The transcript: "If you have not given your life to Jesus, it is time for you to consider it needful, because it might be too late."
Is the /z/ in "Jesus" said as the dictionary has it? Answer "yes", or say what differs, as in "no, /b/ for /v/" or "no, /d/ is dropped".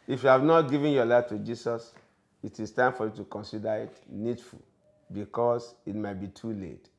no, /s/ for /z/